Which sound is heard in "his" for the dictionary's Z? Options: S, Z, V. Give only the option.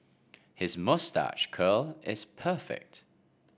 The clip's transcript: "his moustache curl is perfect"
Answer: Z